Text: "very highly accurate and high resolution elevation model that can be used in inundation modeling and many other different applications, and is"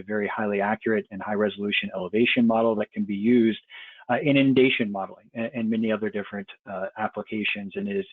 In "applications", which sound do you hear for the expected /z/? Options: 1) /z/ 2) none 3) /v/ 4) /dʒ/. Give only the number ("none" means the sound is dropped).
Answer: 1